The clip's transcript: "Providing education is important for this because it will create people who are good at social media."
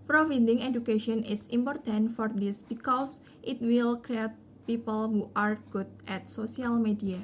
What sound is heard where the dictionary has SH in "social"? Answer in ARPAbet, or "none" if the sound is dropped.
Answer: S